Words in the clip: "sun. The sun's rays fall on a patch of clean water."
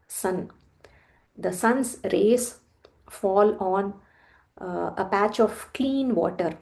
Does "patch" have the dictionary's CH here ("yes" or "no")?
yes